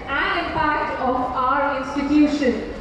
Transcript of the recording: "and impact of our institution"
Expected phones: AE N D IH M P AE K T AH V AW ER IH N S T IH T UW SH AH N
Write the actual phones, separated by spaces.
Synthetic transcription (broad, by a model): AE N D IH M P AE T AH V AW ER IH N S T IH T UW SH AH N